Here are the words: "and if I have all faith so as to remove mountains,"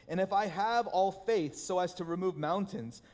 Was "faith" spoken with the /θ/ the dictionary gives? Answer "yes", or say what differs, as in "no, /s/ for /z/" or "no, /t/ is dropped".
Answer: yes